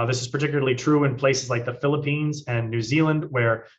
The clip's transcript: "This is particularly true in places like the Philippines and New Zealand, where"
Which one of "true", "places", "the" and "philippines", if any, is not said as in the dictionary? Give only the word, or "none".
none